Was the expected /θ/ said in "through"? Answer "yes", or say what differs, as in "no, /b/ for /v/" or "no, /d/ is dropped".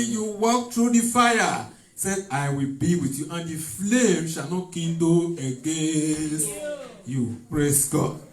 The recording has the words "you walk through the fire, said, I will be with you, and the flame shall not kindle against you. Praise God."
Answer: no, /t/ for /θ/